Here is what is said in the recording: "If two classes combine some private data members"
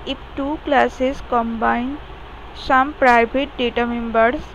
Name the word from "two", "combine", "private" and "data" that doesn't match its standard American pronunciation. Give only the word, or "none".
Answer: private